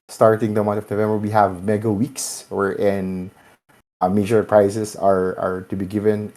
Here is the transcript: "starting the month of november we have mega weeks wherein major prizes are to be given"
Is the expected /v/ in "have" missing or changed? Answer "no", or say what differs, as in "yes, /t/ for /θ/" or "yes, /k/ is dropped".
no